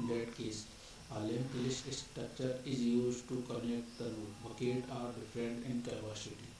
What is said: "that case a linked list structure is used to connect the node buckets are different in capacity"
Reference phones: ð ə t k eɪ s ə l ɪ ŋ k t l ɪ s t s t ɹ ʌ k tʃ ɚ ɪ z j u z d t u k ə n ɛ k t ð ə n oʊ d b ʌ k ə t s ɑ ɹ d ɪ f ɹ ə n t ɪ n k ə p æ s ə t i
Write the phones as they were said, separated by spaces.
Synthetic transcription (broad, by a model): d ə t k eɪ s ə l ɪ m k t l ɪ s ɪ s t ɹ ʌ k tʃ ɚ ɪ z j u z t u k ə n ɛ k t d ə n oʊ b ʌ k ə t ɑ ɹ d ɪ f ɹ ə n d ɪ n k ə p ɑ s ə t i